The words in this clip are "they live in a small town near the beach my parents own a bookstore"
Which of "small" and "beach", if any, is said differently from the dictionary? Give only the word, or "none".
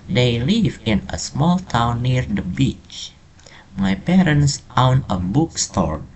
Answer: none